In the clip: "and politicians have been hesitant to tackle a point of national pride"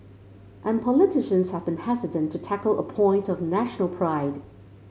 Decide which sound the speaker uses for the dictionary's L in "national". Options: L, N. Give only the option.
L